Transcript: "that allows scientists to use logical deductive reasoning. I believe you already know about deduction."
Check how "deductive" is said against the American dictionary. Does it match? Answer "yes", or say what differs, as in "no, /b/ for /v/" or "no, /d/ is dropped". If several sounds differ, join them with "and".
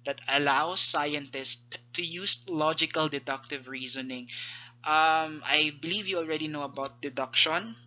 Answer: yes